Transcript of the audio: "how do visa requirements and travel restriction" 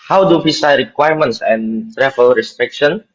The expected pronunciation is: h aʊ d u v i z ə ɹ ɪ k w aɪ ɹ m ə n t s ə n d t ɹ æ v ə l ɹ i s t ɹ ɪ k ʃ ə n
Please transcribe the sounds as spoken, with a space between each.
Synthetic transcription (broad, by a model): h aʊ d u p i s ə ɹ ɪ k w aɪ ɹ m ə n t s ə n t ɹ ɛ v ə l ɹ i s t ɹ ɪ k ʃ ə n